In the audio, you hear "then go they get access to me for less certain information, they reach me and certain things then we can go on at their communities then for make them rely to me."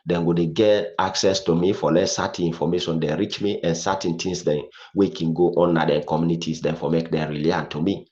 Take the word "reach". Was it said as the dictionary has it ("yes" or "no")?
yes